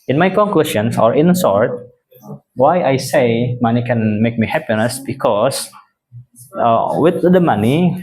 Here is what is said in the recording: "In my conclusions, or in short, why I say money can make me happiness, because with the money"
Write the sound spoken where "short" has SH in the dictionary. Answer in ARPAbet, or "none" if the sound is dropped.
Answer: S